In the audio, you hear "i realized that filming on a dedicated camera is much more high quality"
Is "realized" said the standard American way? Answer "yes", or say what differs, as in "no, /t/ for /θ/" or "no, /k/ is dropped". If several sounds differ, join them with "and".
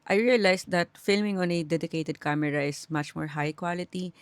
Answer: no, /s/ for /z/